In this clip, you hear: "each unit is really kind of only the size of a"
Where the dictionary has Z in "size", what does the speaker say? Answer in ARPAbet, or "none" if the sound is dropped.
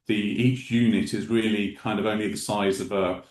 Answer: Z